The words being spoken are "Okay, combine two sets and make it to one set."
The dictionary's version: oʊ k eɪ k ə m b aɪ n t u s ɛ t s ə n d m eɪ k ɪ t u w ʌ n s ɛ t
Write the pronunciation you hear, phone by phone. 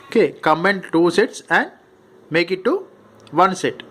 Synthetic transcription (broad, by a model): oʊ k eɪ k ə m ɛ n t u s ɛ t s ə n d m eɪ k ɪ t u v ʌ n s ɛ t